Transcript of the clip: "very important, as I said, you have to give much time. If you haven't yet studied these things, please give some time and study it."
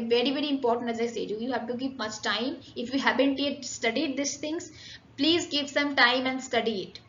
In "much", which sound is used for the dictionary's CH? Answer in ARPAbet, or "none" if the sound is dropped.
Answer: CH